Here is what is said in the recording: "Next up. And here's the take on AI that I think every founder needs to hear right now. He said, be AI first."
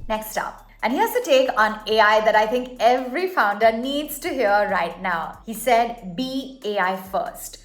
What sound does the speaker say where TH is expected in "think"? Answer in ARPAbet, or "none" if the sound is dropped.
T